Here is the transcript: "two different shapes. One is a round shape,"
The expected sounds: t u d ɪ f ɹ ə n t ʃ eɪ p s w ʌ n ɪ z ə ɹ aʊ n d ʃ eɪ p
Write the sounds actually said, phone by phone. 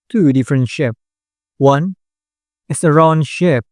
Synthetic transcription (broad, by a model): t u d ɪ f ɹ ə n t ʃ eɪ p w ʌ n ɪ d ə ɹ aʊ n ʃ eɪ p